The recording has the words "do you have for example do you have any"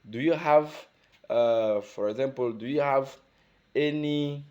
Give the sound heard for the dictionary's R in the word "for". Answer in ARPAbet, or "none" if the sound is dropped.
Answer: R